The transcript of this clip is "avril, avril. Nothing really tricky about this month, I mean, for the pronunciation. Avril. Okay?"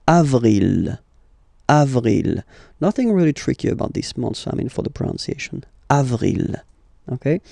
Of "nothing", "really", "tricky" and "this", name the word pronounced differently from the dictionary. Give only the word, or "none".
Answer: none